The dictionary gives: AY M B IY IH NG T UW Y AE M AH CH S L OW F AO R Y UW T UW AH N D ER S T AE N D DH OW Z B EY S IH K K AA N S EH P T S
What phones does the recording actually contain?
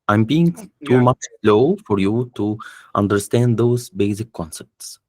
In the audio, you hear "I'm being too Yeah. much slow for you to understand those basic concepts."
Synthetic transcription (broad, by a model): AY M B IY IH NG T UW M AH CH S L OW F AO R Y UW T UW AH N D ER S T AE N D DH OW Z B EY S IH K K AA N S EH P T S